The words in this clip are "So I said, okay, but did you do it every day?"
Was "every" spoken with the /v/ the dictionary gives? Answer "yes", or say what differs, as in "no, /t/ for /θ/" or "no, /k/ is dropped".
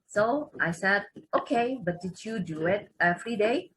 no, /f/ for /v/